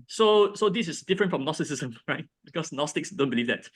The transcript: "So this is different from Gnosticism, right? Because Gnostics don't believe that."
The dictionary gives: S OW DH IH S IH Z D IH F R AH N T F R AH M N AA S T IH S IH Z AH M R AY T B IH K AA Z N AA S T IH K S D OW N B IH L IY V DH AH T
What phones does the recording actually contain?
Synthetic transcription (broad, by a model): S OW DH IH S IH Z D IH F R AH N T F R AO M N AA S T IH S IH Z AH M R AY T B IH K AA S N AA S T IH K S D OW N B IH L IY V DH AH T